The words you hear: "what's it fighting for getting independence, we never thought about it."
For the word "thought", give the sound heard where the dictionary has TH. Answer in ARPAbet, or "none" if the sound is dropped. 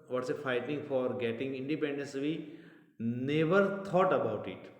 T